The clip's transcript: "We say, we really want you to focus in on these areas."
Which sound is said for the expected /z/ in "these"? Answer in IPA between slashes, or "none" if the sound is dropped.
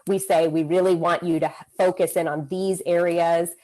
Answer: /z/